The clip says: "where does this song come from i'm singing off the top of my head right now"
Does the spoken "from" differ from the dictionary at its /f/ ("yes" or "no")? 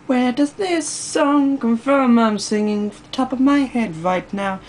no